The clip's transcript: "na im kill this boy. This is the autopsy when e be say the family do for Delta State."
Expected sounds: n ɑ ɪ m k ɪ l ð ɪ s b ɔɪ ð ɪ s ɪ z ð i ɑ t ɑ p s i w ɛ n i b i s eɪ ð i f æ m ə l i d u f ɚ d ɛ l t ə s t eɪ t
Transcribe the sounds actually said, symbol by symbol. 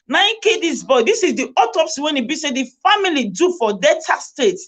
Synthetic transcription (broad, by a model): n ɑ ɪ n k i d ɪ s b ɔɪ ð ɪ s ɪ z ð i ɑ t ɑ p s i w ɛ n i b i s eɪ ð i f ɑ m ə l i d u f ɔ d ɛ t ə s t eɪ t